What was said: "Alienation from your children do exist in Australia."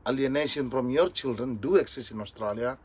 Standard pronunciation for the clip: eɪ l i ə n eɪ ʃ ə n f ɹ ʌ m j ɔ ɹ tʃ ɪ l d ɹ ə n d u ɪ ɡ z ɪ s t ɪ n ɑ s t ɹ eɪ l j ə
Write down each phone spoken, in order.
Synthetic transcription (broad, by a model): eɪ l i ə n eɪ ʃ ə n f ɹ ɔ m j ɔ ɹ tʃ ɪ l d ɹ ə n d u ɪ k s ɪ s ɪ n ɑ s t ɹ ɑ l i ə